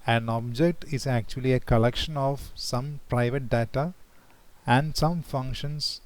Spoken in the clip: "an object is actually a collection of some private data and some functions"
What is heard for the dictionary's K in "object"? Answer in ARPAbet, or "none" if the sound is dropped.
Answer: K